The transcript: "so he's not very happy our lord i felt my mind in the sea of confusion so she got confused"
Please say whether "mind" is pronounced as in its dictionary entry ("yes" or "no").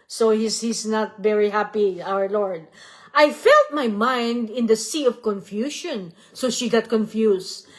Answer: yes